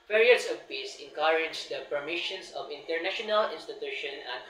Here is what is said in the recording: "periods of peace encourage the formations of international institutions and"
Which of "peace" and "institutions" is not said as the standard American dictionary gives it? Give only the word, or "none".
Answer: institutions